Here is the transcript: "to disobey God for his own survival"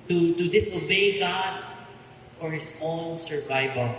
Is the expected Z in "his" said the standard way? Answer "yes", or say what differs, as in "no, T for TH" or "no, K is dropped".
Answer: no, S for Z